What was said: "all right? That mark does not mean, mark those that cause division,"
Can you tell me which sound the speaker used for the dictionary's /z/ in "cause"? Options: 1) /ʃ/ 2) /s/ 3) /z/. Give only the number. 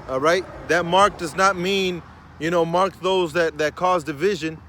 3